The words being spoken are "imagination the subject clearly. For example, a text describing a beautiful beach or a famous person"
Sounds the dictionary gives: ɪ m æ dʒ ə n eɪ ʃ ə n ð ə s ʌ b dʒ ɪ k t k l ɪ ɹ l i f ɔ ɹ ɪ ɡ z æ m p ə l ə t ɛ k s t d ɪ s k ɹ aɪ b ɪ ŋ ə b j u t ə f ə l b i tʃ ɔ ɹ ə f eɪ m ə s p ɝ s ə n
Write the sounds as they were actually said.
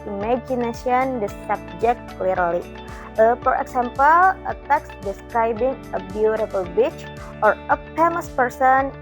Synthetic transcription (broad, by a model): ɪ m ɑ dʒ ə n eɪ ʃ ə n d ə s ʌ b dʒ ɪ k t k l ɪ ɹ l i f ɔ ɹ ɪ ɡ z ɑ m p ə l ə t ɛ k s d ɪ s k ɹ aɪ b ɪ ŋ ə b j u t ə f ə l b i tʃ ɔ ɹ ə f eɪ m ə s p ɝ s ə n